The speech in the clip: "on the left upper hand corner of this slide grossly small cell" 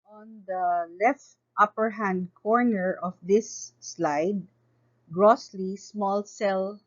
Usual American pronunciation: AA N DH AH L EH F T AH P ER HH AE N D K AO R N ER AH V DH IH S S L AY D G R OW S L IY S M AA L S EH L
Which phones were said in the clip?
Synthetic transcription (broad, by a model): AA N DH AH L EH F T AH P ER HH AE N D K AO R N ER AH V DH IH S S L AY D G R OW S L IY S M AA L S EH L